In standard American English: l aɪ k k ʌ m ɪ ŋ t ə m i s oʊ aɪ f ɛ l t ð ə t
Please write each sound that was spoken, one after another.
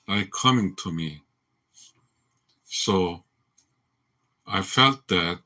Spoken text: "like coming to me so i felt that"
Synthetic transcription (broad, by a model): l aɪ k k ʌ m ɪ ŋ t ə m i s oʊ aɪ f ɛ l t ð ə t